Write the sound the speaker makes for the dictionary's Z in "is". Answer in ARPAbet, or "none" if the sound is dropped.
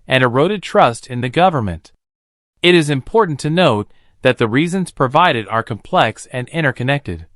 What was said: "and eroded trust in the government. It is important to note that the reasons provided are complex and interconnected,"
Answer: Z